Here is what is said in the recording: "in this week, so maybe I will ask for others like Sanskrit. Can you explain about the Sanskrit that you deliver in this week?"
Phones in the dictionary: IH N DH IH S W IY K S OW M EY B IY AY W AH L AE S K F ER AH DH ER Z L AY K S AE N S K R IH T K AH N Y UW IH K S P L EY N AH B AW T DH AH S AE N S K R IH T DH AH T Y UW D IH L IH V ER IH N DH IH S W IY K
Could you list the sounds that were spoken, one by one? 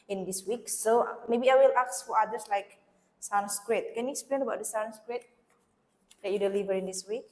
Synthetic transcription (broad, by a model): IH N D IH S W IY K S OW M EY B IY AY W AH L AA S F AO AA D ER S L AY K S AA N S K R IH T K AH N Y UW IH K S P L EY N AH B AW T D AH S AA N S K R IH T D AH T Y UW D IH L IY V ER IH N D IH S W IY K